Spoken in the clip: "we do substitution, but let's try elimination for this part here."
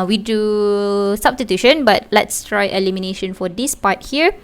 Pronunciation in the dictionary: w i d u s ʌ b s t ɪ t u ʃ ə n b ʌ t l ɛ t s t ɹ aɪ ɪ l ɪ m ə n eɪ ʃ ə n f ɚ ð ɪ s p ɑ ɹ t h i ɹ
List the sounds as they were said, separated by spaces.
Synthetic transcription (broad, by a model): w i d u s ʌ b s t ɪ t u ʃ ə n b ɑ t l ɛ t s t ɹ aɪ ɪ l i m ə n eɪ ʃ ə n f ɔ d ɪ s p ɑ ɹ t h i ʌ